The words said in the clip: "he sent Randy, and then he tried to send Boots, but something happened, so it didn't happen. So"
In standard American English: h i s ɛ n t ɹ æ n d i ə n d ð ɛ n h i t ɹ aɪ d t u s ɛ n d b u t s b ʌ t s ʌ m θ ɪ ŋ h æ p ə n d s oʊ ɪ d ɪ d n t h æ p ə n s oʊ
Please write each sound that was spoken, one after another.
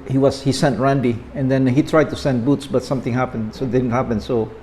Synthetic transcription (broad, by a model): h i s ɛ n t ɹ æ n d i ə n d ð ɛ n h i t ɹ aɪ d t u s ɛ n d b u t s b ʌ t s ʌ m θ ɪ ŋ h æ p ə n s oʊ d ɪ d n t h æ p ə n s oʊ